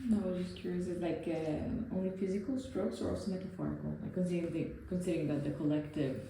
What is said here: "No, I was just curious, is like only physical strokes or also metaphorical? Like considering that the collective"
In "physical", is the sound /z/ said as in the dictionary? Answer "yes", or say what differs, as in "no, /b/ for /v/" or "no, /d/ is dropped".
yes